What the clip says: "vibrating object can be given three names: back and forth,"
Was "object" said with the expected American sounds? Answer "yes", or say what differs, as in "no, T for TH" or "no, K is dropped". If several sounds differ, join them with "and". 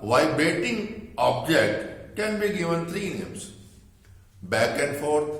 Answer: yes